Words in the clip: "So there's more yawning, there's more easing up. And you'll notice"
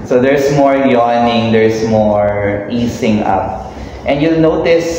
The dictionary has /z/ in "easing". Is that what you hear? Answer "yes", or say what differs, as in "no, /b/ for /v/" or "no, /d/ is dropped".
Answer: no, /s/ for /z/